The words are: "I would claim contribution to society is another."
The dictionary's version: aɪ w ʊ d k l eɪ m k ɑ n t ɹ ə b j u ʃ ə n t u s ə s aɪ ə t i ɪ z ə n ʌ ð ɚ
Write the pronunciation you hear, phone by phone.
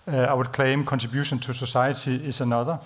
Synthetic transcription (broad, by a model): aɪ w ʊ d k l eɪ m k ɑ n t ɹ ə b j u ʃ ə n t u s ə s aɪ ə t i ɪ s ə n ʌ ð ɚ